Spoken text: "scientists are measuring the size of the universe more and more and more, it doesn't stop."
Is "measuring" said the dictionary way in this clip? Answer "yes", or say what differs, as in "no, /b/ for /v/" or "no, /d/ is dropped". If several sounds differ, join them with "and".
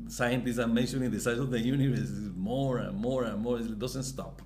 no, /ʃ/ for /ʒ/